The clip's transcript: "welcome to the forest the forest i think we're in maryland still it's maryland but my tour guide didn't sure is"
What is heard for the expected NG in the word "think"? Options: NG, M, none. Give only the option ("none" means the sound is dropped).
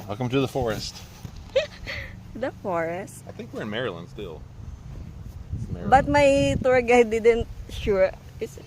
NG